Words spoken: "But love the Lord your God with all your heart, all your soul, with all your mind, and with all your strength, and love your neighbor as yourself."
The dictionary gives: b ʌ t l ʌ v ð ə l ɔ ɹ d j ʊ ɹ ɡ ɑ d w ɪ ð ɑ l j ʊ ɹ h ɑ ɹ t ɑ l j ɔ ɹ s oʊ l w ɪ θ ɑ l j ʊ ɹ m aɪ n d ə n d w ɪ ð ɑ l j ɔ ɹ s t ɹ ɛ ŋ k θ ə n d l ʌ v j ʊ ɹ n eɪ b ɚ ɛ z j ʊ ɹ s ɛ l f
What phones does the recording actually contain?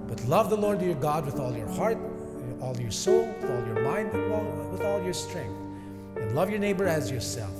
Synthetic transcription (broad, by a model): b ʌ t l ʌ v ð ə l ɔ ɹ d j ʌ ɹ ɡ ɑ d w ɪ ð ɑ l j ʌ ɹ h ɑ ɹ t ɑ l j ɔ ɹ s oʊ l w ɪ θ ɑ l j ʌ ɹ m aɪ n d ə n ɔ w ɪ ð ɑ l j ɔ ɹ s t ɹ ɛ ŋ k θ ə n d l ʌ v j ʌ ɹ n eɪ b ɚ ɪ z j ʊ ɹ s ɛ l f